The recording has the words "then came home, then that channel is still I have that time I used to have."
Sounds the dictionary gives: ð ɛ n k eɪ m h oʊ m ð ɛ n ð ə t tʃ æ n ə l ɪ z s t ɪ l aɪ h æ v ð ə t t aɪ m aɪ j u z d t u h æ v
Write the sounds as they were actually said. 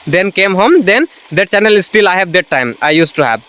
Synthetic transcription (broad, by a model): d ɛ n k eɪ m h oʊ m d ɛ n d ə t tʃ æ n ə l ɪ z s t ɪ l aɪ h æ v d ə t t aɪ m aɪ j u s t u h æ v